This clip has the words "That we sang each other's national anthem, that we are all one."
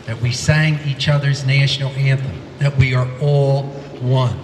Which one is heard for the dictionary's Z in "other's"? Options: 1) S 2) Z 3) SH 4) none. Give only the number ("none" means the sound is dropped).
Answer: 2